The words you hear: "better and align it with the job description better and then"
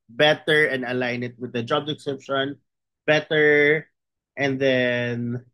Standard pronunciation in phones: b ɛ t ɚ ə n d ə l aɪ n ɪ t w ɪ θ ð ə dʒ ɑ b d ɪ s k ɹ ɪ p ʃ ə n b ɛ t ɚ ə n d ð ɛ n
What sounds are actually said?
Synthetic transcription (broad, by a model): b ɛ t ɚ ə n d ə l aɪ n ɪ t w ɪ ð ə dʒ ɑ b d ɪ k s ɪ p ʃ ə n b ɛ t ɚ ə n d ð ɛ n